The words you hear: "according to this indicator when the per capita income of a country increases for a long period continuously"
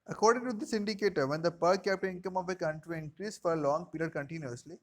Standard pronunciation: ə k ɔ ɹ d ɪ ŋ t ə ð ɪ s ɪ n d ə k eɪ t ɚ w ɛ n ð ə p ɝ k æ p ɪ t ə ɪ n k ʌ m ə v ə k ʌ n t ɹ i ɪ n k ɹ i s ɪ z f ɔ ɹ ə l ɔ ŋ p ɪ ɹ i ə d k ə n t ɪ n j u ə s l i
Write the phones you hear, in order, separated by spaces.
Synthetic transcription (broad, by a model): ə k ɔ ɹ d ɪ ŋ t ə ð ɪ s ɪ n d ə k eɪ t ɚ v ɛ n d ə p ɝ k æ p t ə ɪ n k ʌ m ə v ə k ʌ n t ɹ i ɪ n k ɹ i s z f ɔ ɹ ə l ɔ ŋ p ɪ l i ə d k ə n t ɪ n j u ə s l i